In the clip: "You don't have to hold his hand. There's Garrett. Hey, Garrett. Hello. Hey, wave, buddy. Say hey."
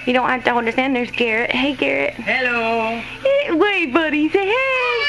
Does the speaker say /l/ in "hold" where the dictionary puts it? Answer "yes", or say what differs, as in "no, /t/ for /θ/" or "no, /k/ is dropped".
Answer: no, /n/ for /l/